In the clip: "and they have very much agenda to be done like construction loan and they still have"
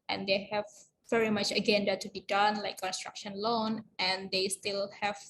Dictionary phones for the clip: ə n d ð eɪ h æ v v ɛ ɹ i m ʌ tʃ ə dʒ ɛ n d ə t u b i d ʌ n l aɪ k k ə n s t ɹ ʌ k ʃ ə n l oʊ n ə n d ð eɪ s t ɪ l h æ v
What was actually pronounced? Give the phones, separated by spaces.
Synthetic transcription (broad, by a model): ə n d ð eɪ h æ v v ɛ ɹ i m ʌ tʃ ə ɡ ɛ n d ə t u b i d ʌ n l aɪ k k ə n s t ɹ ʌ k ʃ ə n l oʊ n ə n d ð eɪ s t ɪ l h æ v